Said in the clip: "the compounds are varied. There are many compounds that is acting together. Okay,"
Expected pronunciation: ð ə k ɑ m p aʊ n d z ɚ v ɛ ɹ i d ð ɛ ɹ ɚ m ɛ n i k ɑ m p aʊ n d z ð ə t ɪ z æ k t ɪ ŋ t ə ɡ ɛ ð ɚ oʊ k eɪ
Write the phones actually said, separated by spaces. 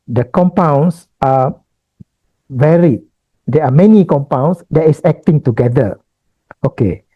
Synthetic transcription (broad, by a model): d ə k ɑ m p aʊ n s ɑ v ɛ ɹ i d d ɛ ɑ m ɛ n i k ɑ m p aʊ n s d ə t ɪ s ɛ k t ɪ ŋ t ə ɡ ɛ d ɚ oʊ k eɪ